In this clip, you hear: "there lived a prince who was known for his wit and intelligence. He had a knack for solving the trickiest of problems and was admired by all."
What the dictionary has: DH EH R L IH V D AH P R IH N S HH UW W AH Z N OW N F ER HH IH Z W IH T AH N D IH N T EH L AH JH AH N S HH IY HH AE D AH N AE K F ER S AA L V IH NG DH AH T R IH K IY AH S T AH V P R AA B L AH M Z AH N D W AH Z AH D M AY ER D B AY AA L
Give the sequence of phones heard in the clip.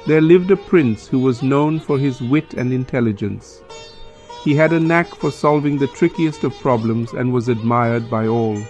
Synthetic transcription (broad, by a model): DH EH R L IH V D AH P R IH N S HH UW W AH Z N OW N F ER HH IH Z W IH T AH N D IH N T EH L AH JH AH N S HH IY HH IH D AH N AE K F ER S AA L V IH NG DH AH T R IH K IY AH S T AH V P R AA B L AH M Z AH N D W AH Z AH D M AY ER D B AY AA L